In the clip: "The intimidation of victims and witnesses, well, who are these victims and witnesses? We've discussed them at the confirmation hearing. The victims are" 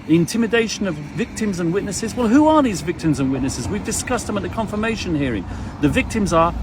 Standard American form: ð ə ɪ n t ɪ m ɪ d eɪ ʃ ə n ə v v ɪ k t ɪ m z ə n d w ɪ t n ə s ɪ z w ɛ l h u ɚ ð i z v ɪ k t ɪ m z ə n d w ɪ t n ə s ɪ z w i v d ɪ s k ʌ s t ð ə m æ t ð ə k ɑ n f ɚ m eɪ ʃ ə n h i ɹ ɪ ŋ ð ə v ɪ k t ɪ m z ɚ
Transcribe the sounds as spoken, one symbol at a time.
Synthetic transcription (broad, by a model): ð ɪ n t ɪ m ɪ d eɪ ʃ ə n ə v v ɪ k t ɪ m z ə n w ɪ t n ə s ɪ z w ɛ l h u ɚ ð i z v ɪ k t ɪ m z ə n w ɪ t n ə s ɪ z w i v d ɪ s k ʌ s t ð ə m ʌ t ð ə k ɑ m f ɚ m eɪ ʃ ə n h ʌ ɹ ɪ ŋ ð ə v ɪ k t ɪ m z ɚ